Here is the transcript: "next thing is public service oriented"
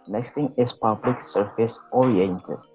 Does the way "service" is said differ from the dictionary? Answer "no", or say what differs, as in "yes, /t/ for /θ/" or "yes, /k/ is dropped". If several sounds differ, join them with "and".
yes, /f/ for /v/